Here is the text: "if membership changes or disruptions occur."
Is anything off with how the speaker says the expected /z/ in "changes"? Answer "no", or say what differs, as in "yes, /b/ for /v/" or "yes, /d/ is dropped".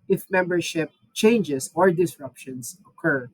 yes, /s/ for /z/